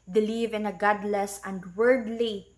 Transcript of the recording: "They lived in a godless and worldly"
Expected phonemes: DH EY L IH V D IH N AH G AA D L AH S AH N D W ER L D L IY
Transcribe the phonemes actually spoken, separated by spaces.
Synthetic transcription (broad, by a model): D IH L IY V IH N AH G AA D L AH S AH N D W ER D L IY